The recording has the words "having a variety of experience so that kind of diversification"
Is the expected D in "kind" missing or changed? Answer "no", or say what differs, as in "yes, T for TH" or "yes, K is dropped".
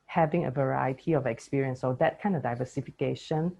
no